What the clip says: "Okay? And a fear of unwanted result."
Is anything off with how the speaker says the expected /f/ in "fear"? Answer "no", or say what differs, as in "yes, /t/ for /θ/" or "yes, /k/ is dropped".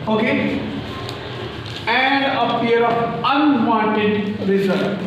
yes, /p/ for /f/